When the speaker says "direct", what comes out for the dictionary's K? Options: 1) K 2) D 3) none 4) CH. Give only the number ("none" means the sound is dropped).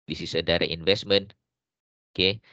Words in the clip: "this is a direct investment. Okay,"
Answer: 3